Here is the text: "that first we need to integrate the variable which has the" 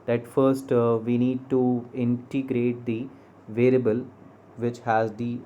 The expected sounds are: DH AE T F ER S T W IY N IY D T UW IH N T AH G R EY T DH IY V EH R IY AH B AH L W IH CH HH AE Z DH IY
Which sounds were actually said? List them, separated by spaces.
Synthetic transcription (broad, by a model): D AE T F ER S T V IY N IY D T UW IH N T AH G R EY T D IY V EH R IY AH B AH L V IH CH HH AE Z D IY